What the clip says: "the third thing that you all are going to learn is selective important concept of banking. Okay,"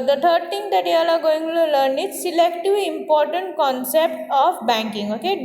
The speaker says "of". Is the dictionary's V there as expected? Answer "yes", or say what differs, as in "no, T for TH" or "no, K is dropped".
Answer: no, P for V